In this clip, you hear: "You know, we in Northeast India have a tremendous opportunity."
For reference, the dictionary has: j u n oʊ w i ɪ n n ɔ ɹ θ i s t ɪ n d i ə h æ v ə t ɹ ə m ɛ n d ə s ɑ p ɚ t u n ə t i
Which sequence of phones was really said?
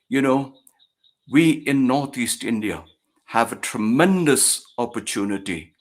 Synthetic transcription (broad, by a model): j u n oʊ w i ɪ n n ɔ ɹ θ i s t ɪ n d i ə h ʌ v ə t ɹ ə m ɛ n d ə s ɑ p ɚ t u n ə t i